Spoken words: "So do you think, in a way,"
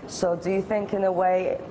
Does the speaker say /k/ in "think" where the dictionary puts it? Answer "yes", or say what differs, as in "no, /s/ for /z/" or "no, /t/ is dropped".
yes